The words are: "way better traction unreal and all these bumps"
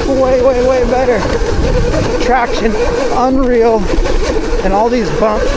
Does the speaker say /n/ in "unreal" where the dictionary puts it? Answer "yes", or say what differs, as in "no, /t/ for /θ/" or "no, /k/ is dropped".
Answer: yes